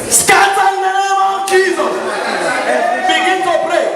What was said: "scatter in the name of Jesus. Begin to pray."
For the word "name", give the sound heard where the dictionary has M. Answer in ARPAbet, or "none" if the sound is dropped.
none